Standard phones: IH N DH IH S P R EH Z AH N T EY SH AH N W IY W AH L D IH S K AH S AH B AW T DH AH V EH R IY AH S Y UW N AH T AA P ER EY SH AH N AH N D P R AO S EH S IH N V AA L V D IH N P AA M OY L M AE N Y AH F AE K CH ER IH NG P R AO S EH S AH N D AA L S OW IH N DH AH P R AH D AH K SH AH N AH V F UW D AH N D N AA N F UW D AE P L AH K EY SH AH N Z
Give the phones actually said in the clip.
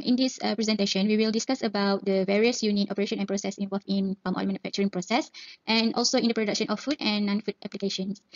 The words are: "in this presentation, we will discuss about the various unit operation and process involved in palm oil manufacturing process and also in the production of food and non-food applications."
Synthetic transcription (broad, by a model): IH N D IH S P R EH Z AH N T EY SH AH N W IY W AH L D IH S K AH S AH B AW T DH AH V EH R IY AH S Y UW N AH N AA P ER EY SH AH N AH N P R AO S EH S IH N V AA L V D IH N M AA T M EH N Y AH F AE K CH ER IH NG P R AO S EH S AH N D AA L S OW IH N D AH P R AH D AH K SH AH N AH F UW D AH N N AA N F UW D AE P L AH K EY SH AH N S